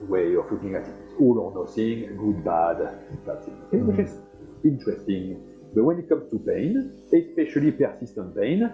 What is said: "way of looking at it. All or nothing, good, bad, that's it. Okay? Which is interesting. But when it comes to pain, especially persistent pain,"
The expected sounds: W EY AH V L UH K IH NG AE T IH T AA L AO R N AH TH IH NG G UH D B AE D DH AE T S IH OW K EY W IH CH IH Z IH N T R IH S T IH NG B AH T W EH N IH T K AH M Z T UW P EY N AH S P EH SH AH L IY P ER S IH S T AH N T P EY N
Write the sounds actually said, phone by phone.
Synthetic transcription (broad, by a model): W EY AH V L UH K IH NG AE T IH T AA L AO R N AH S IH NG G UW D B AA D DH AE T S IH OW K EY W IH CH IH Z IH N T R IH S T IH NG B AH T W EH N IH T K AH M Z T UW P EY N AH S P EH SH AH L IY P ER S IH S T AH N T P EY N